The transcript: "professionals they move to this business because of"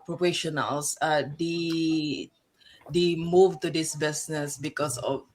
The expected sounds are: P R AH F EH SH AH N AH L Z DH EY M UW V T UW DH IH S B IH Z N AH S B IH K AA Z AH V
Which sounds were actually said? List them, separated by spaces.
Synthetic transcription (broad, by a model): P R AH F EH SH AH N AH L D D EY M UW V T UW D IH S B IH S N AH S B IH K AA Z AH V